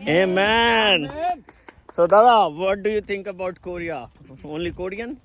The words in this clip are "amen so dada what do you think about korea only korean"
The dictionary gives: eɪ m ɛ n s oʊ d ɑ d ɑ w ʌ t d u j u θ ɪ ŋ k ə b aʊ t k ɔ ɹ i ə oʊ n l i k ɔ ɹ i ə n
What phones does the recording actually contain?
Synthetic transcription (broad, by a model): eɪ m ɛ n s oʊ d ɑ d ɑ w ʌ t d u j u t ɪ ŋ k ə b aʊ t k ɔ ɹ i ə oʊ n l i k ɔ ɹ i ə n